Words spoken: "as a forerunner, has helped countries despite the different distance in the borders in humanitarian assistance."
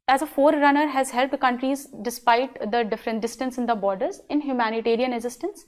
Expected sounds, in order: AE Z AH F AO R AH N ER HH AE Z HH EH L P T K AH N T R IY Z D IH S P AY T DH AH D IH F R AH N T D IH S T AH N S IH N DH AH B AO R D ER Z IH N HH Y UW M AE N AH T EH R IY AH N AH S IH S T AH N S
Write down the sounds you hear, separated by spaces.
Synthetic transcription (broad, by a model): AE Z AH F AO R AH N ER HH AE Z HH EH L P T K AH N T R IY Z D IH S P AY T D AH D IH F R AH N T D IH S T AH N S IH N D AH B AO R D ER Z IH N HH Y UW M AE N AH T EH R IY AH N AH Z IH S T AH N S